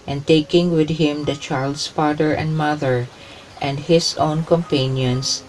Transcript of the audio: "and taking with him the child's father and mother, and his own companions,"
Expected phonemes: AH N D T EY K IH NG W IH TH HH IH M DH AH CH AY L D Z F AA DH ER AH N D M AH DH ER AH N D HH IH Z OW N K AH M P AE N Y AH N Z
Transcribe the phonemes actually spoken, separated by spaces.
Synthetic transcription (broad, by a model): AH N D T EY K IH NG W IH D HH IH M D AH CH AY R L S F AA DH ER AH N D M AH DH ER AH N D HH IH S OW N K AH M P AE N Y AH N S